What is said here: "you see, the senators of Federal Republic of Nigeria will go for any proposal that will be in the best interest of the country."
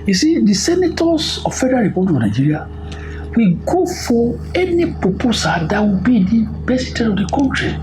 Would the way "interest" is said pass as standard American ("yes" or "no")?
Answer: no